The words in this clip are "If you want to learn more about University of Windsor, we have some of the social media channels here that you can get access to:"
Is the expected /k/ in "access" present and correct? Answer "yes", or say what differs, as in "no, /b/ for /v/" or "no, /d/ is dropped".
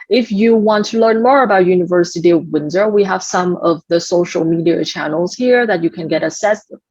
no, /k/ is dropped